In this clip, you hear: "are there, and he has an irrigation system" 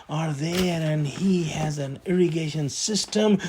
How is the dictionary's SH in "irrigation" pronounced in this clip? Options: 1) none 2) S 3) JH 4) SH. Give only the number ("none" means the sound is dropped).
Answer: 4